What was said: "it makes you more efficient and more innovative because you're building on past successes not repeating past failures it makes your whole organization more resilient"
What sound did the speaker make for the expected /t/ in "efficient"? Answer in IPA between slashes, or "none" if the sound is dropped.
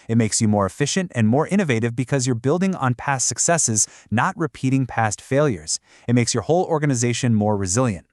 /t/